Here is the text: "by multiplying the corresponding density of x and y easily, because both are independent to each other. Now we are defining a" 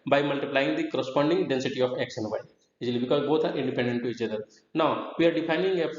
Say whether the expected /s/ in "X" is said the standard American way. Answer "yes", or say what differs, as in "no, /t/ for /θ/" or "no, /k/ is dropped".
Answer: no, /ʃ/ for /s/